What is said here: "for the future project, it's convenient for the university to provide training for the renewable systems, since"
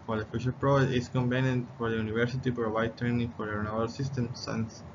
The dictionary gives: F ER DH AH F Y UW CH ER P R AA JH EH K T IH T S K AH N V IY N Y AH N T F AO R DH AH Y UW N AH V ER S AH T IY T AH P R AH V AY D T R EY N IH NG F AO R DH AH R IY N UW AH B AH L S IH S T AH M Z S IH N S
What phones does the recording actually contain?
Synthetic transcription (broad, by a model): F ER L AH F Y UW SH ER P R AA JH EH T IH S K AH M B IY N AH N F AO R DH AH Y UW N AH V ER S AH T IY P R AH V AY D T R EY N IH NG F AO R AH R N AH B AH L S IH S T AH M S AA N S